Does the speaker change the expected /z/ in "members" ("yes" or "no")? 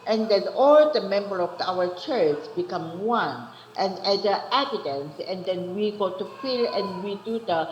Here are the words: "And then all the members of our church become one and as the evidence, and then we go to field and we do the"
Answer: yes